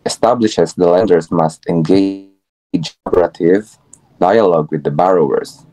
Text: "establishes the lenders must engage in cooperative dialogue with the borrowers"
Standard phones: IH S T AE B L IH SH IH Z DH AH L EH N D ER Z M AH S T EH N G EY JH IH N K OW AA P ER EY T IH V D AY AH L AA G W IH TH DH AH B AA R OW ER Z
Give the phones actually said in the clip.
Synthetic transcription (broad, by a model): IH S T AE B L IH SH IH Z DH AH L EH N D ER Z M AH S T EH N G EY IH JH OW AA B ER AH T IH V D AY AH L AA G W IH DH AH B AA R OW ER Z